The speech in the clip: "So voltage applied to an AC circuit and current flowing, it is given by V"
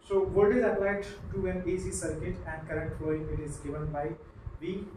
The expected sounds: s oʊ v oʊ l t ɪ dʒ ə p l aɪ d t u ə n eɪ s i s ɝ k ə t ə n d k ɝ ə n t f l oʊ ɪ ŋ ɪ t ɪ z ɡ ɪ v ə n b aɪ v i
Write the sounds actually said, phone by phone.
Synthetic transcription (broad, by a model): s oʊ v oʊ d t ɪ z ə p l aɪ d t u ə n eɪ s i s ɝ k ə t ə n d k ɝ ə n t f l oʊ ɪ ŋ ɪ t ɪ z ɡ ɪ v ə n b aɪ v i